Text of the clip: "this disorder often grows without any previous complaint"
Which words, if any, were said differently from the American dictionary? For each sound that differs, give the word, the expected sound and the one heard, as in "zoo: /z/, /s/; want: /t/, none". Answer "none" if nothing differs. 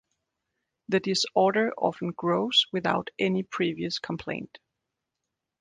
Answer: this: /s/, none